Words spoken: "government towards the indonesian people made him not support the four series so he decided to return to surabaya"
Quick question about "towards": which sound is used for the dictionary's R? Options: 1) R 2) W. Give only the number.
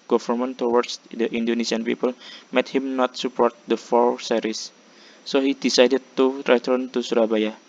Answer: 2